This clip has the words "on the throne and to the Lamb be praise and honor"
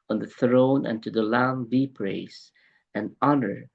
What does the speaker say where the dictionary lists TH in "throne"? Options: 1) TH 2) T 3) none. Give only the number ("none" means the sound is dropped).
1